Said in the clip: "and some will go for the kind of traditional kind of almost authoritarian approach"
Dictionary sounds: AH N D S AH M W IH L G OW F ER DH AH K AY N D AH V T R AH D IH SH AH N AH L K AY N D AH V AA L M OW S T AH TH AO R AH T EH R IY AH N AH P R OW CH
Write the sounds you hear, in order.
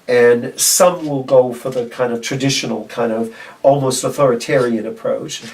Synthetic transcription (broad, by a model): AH N S AH M W IH L G OW F ER DH AH K AY N D AH V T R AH D IH SH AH N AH L K AY N D AH V AA L M OW S T AH TH AO R AH T EH R IY AH N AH P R OW CH